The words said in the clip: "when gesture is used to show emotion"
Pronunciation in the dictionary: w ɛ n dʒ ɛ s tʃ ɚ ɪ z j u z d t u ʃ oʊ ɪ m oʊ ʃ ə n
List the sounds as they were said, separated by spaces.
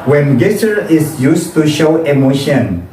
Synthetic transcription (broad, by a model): w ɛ n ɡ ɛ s ɚ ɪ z j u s t u ʃ oʊ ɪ m oʊ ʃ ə n